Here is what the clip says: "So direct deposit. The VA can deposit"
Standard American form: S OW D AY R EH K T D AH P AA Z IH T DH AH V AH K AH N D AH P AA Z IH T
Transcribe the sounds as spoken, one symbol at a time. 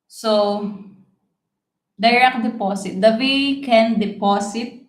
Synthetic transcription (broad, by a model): S OW D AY R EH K D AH P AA S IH T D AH W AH K AH N D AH P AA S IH T